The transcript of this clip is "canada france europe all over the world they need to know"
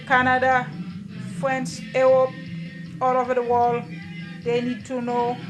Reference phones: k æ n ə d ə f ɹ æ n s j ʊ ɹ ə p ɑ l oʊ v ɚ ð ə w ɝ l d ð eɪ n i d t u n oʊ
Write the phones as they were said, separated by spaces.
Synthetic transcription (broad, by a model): k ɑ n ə d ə f ɹ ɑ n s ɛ w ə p ɑ l oʊ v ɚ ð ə w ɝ l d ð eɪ n i d t u n oʊ